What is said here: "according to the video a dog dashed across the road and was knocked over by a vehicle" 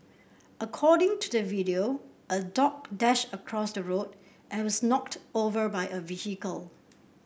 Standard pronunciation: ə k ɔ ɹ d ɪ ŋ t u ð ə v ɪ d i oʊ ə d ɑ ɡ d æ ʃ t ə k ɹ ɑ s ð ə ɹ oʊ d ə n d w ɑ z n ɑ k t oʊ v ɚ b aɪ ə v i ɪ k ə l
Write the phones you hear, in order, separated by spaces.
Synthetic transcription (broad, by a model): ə k ɔ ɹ d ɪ ŋ t u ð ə v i d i oʊ ə d ɑ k d æ ʃ t ə k ɹ ɑ s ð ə ɹ oʊ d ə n w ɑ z n ɑ k t oʊ v ɚ b aɪ ə v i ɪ k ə l